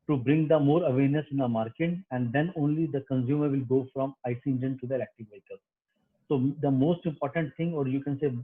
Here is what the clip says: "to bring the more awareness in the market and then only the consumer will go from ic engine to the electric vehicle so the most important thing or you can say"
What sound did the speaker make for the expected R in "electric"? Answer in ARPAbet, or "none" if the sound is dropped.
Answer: none